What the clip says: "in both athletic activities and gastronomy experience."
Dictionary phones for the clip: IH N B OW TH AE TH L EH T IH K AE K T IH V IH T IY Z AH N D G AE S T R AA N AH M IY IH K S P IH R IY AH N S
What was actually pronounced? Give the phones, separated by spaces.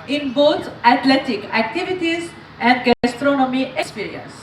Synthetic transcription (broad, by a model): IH N B OW T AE T L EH T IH K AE K T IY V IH T IY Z AH N D G AE S T R AA N AH M IY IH K S P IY R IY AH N S